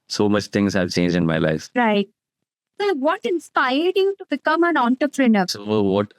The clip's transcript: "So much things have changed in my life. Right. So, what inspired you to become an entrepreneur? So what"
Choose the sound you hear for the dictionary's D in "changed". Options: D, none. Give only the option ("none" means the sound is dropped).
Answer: none